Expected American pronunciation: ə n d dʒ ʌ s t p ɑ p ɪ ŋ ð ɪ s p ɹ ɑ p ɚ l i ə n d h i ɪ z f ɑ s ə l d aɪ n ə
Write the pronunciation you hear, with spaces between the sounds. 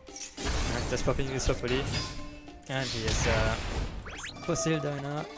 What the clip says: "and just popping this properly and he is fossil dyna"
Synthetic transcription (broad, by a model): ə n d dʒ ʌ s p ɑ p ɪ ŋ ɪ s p ɑ f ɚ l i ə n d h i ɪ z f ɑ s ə l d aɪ n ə